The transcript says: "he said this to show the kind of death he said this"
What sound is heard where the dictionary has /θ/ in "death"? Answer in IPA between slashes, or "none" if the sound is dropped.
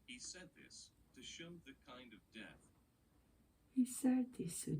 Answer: /θ/